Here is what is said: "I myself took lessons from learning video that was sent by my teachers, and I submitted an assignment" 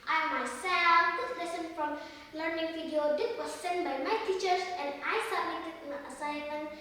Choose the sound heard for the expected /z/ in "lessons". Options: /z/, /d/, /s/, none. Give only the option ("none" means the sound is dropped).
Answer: none